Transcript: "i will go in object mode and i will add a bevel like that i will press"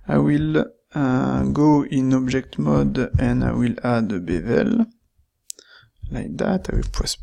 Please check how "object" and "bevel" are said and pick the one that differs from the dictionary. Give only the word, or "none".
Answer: object